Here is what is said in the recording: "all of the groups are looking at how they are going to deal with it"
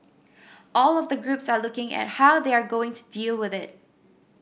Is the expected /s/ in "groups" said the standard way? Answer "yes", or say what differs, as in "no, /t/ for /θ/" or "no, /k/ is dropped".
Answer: yes